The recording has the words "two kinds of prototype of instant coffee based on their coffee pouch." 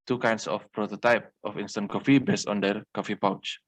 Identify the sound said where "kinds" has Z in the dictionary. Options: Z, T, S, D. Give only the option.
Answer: S